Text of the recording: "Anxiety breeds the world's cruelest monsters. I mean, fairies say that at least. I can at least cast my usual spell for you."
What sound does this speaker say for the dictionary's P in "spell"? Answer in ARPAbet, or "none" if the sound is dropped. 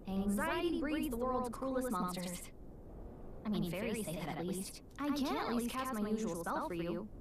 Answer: none